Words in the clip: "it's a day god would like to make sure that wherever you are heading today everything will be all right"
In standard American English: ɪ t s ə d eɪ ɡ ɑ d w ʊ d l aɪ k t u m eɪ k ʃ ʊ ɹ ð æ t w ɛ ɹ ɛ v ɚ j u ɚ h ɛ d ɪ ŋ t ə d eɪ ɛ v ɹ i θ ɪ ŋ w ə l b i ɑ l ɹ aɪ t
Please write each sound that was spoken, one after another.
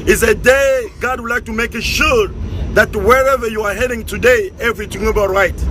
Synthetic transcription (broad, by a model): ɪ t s ə d eɪ ɡ ɑ d w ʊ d l aɪ k t u m eɪ k ʃ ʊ ɹ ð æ t w ɛ ɹ ɛ v ɚ j u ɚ h ɛ d ɪ ŋ t ə d eɪ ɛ v ɹ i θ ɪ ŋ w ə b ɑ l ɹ aɪ t